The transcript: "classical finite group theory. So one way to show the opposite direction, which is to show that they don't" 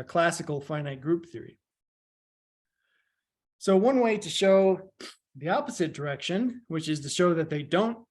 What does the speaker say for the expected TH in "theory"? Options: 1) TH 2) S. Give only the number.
1